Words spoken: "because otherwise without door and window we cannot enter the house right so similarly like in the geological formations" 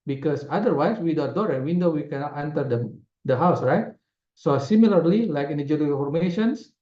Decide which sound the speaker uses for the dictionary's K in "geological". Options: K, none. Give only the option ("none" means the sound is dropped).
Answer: none